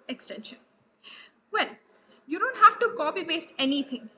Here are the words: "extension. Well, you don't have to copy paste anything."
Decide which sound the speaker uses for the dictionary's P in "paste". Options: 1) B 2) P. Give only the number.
1